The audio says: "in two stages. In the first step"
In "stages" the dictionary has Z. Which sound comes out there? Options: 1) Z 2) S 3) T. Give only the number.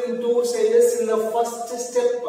2